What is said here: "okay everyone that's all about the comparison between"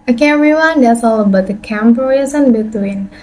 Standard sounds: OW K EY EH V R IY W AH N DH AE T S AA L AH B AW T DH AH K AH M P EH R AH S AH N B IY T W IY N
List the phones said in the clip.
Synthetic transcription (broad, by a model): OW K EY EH R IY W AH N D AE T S AA L AH B AW T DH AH K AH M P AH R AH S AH N B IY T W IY N